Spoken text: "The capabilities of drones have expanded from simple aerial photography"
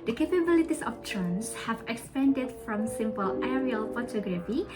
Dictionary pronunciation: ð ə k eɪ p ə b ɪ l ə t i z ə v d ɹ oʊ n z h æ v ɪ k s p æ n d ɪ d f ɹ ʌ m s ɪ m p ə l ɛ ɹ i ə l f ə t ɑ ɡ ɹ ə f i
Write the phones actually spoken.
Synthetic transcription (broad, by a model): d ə k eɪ p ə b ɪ l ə t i s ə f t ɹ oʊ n s h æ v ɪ k s p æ n d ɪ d f ɹ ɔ m s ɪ m p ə l ɛ ɹ i ə l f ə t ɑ ɡ ɹ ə f i